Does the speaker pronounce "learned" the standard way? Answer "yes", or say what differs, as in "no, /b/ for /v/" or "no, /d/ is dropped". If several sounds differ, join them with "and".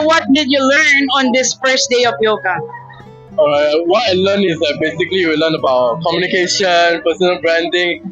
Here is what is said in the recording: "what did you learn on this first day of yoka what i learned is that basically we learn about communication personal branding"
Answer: no, /d/ is dropped